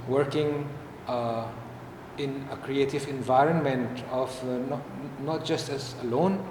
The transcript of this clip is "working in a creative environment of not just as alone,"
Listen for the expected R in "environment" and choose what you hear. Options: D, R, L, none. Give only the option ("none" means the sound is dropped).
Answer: R